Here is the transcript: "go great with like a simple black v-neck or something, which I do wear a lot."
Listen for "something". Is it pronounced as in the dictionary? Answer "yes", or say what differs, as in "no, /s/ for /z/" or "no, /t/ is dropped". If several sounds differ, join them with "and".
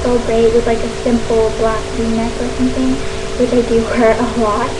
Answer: yes